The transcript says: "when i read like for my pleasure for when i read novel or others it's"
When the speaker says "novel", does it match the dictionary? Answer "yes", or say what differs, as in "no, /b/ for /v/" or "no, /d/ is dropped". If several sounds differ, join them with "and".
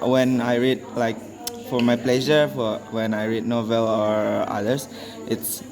yes